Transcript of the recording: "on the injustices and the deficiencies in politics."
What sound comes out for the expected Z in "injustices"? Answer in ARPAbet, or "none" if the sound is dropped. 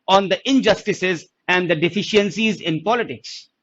Z